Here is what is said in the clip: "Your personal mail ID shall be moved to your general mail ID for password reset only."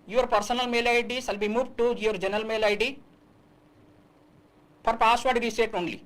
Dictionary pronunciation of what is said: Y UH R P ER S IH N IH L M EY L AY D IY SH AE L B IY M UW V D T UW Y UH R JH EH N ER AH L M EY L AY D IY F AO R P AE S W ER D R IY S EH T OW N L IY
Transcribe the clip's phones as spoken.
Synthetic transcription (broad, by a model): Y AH R P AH S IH N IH L M EY L AY D IY S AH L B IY M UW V T UW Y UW R JH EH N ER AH L M EY L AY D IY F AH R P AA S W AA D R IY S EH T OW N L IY